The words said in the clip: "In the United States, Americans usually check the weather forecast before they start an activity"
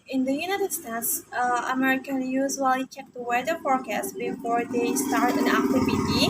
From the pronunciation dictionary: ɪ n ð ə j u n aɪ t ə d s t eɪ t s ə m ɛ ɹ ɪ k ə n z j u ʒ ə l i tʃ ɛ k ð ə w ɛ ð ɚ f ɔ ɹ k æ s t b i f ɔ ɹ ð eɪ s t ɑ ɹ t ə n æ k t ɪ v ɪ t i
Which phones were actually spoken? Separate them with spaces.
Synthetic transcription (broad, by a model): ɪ n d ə j u n aɪ t ə d s t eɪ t s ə m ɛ ɹ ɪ k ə n j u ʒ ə l i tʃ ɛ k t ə w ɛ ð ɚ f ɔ ɹ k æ s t b i f ɔ ɹ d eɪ s t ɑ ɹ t ə n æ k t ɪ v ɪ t i